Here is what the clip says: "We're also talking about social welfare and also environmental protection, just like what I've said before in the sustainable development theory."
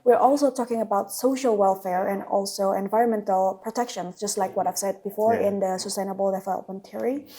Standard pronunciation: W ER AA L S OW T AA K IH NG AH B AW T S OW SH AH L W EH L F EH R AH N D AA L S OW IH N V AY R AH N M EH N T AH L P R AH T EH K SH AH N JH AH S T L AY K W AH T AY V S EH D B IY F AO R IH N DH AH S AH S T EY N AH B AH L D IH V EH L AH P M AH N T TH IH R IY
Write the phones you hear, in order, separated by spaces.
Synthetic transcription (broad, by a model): W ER AA L S OW T AA K IH NG AH B AW T S OW SH AH L W EH L F EH R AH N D AA L S OW IH N V AY R AH N M EH N T AH L P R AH T EH K SH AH N JH AH S T L AY K W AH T AY V S EH D B IY F AO R IH N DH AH S AH S T EY N AH B AH L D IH F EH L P AH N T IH R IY